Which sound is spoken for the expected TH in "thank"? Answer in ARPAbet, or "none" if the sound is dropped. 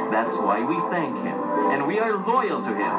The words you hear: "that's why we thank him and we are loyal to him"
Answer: TH